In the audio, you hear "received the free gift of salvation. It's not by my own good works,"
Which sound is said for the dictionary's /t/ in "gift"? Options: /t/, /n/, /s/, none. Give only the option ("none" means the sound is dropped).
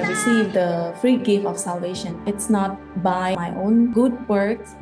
none